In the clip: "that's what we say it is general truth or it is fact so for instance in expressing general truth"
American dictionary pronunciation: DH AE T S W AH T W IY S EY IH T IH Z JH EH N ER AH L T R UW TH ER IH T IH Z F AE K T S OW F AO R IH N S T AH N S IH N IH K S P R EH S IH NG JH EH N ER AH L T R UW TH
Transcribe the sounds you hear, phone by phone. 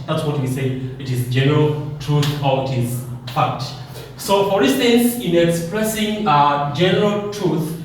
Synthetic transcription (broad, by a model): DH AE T S W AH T W IY S EY IH T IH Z JH EH N ER AH L T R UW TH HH IH T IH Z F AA T S OW F AO R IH N S T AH N S IH N IH K S P R EH S IH NG JH EH N ER AH L T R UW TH